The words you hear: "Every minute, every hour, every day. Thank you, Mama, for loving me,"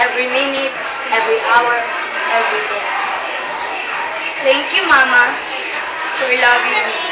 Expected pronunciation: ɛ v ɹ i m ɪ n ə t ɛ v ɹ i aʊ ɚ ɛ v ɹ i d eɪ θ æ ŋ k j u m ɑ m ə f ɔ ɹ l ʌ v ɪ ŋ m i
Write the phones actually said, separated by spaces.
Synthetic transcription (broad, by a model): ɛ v ɹ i m ɪ n ə t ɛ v ɹ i aʊ ɚ ɛ v ɹ i d eɪ t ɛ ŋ k j u m ɑ m ə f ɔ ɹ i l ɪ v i